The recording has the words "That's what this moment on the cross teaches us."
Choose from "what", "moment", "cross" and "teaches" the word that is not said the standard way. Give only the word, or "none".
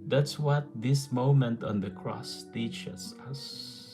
teaches